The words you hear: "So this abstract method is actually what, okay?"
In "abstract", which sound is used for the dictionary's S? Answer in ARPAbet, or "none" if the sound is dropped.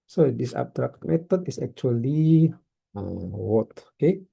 none